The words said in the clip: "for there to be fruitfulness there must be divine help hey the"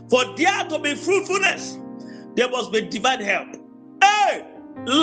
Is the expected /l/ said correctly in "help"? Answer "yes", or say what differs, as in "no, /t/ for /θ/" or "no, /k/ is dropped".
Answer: yes